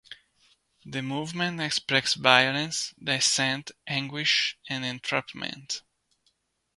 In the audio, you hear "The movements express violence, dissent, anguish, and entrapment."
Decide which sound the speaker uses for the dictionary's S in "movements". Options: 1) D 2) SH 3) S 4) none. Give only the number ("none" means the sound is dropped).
4